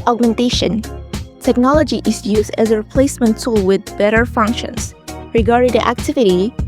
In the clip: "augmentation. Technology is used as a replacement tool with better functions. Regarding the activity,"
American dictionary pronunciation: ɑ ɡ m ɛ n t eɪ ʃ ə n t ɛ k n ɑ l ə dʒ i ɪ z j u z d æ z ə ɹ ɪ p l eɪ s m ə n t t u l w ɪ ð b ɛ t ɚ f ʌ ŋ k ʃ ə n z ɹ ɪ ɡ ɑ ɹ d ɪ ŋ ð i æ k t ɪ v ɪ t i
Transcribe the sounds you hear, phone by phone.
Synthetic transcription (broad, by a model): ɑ ɡ m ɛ n t eɪ ʃ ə n t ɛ k n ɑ l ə dʒ i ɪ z j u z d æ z ə ɹ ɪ p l eɪ s m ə n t t u l w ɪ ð b ɛ t ɚ f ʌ ŋ k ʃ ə n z ɹ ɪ ɡ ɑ ɹ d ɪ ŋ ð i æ k t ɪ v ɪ t i